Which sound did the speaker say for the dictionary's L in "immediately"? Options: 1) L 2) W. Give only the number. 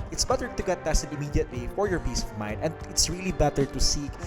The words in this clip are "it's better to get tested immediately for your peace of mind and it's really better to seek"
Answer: 2